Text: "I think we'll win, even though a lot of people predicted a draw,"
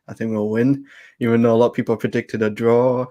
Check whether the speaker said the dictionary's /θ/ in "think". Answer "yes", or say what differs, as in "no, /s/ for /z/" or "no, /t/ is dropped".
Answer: yes